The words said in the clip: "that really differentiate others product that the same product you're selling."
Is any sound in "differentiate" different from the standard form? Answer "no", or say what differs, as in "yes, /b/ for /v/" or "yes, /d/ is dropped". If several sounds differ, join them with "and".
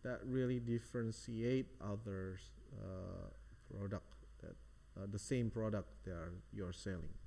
yes, /s/ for /ʃ/